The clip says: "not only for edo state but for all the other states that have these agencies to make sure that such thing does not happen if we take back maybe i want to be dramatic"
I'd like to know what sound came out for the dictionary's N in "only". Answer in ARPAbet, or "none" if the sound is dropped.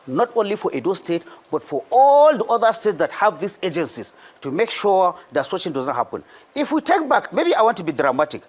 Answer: N